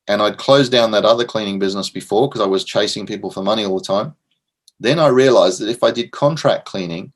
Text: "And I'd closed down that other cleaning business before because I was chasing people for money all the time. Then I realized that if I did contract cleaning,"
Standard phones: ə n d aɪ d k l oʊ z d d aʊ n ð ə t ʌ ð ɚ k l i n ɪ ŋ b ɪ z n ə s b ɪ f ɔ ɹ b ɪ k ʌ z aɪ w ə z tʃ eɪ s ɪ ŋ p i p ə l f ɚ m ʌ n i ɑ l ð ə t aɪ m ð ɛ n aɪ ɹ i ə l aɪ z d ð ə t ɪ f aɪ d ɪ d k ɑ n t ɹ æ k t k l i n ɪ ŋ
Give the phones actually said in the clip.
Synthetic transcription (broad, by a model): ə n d aɪ d k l oʊ z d d aʊ n ð ə t ʌ ð ɚ k l i n ɪ ŋ b ɪ z n ə s b ɪ f ɔ ɹ k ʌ z aɪ w ə z tʃ eɪ s ɪ ŋ p i p l f ɚ m ʌ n i ɑ l ð ə t aɪ m ð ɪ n aɪ ɹ i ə l aɪ z ð ə t ɪ f aɪ d ɪ d k ɑ n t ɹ æ k k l i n ɪ ŋ